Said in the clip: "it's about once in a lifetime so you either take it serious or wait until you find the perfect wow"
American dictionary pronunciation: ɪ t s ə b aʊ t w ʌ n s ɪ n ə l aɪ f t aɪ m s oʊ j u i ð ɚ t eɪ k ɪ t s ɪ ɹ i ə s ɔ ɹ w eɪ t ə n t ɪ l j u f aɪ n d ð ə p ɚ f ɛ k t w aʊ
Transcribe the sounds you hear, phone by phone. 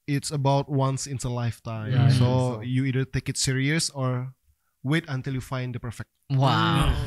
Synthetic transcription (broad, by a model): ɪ t s ə b aʊ t w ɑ n s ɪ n ə l aɪ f t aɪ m s oʊ j u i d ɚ t eɪ k ɪ t s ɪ ɹ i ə s ɔ ɹ w eɪ t ə n t ɪ l j u f aɪ n d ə p ɚ f ɛ k t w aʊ